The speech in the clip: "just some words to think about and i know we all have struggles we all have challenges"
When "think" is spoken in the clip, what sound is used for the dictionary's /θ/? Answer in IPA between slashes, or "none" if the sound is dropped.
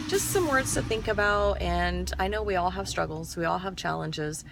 /θ/